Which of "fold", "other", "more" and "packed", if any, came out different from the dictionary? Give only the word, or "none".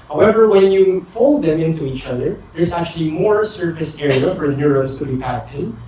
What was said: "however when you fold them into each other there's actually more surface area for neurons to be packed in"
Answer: packed